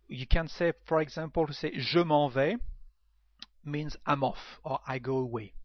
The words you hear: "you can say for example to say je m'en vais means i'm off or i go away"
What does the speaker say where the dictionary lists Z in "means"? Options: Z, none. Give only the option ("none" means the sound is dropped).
Z